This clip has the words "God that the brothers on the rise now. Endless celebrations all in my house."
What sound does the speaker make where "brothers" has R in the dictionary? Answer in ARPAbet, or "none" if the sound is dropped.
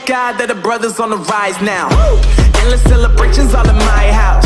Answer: R